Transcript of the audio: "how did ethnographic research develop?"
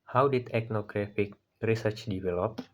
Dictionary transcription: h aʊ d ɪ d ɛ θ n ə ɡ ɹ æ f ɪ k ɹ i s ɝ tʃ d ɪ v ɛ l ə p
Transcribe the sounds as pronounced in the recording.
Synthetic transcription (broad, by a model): h aʊ d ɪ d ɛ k n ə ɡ ɹ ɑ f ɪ k ɹ i s ɝ tʃ d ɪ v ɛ l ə p